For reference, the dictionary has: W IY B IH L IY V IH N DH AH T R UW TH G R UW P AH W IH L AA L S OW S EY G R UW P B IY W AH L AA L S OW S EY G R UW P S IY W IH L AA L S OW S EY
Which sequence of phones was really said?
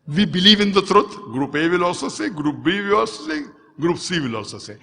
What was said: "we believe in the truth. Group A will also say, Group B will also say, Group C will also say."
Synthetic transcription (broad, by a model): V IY B IH L IY V IH N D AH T R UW T G R UW P AH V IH L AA S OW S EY G R UW P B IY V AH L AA S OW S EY G R UW P S IY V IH L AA S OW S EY